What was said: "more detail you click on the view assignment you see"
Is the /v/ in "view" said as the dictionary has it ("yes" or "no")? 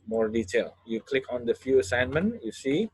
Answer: no